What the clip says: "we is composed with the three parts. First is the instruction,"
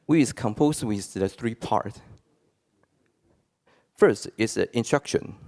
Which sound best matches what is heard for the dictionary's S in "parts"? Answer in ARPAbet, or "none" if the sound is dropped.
none